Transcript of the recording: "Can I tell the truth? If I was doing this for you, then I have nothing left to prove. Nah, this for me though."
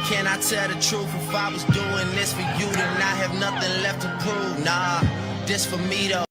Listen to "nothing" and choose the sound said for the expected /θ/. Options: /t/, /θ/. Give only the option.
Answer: /θ/